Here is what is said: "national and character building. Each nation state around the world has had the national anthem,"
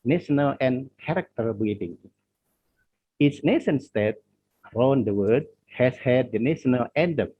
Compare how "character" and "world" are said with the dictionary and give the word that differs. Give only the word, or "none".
world